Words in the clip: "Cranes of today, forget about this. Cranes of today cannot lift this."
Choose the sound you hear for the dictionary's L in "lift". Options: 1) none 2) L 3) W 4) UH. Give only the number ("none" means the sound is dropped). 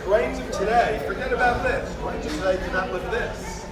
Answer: 3